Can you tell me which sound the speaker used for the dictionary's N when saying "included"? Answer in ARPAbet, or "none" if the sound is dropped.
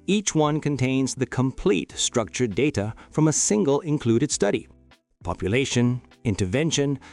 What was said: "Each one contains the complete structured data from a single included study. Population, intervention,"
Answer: N